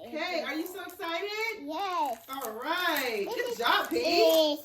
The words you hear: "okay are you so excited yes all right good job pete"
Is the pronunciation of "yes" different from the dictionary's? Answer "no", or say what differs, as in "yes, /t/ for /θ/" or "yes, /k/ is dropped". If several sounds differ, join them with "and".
yes, /s/ is dropped